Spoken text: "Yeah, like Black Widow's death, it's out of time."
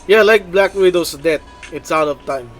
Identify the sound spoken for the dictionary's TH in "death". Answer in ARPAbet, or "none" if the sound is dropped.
T